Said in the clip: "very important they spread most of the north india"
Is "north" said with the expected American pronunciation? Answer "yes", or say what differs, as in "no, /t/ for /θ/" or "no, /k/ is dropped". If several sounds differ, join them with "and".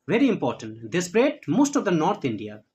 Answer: no, /t/ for /θ/